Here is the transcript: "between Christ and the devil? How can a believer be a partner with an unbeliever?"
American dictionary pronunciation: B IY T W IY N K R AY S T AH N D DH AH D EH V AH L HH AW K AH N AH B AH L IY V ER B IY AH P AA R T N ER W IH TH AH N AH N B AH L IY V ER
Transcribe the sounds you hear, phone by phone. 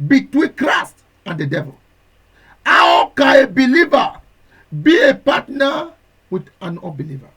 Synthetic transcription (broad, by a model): B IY T W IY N K R AY S T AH N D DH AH D EH V AH L HH AW K AH N AH B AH L IY V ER B IY AH P AA T N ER W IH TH AH N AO B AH L IY V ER